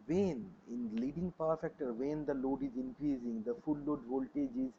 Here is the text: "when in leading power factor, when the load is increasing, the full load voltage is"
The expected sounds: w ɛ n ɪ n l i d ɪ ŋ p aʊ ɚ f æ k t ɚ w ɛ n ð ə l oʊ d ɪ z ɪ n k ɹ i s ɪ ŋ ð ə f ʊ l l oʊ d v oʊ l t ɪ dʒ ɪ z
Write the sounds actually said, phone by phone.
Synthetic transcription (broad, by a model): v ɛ n ɪ n l i d ɪ ŋ p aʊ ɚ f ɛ k t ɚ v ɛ n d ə l oʊ d ɪ z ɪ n k ɹ i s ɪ ŋ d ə f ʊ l l oʊ d v oʊ l t ɪ dʒ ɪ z